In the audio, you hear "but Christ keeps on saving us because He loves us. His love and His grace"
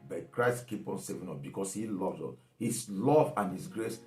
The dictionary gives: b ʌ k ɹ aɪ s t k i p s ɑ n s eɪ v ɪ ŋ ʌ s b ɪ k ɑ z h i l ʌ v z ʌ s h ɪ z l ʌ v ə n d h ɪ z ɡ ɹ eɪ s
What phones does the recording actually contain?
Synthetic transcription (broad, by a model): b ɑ k ɹ aɪ s t k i p ɑ n s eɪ v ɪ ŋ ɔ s b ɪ k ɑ s h i l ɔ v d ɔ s h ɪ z l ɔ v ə n h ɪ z ɡ ɹ eɪ s